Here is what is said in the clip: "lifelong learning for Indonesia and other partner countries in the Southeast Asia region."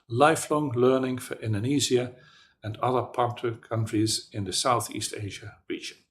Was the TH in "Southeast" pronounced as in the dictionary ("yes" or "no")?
yes